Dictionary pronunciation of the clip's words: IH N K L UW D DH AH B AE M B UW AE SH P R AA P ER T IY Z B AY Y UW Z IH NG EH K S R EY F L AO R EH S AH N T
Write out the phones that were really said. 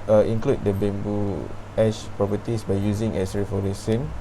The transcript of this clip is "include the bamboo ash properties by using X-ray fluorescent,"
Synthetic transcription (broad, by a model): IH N K L UW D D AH B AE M B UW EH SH P R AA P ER T IY S B AY Y UW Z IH NG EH S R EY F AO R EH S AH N